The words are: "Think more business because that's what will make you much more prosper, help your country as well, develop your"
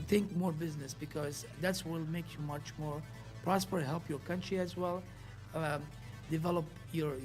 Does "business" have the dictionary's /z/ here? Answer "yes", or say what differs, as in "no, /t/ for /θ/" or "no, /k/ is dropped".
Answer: yes